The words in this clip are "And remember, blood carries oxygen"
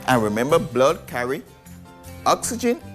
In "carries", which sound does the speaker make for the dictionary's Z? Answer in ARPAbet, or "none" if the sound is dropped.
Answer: none